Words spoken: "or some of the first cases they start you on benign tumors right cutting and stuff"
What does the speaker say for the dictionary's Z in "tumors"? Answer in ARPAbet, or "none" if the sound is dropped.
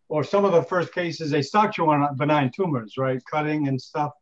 Z